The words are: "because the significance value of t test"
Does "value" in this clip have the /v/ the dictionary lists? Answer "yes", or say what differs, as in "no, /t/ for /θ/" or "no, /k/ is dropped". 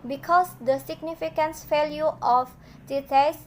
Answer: no, /f/ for /v/